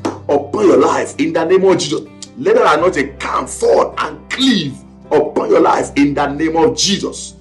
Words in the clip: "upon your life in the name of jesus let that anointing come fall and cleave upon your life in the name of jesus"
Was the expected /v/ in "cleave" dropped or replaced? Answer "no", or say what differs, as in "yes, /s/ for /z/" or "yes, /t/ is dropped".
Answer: no